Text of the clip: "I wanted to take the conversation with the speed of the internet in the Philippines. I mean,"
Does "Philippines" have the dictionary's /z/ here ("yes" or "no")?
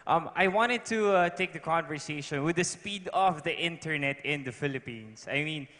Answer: no